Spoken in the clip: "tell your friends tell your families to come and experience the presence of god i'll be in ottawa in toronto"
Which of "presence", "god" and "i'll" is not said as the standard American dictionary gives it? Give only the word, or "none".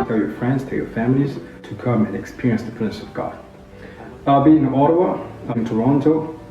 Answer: presence